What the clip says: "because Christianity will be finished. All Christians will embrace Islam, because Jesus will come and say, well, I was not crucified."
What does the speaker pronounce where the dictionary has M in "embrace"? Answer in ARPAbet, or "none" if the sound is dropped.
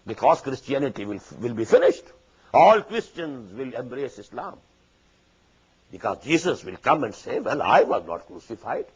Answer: M